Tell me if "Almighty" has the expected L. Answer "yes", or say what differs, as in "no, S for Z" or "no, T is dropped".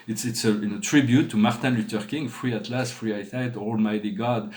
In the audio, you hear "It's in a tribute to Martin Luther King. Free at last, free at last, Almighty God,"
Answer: yes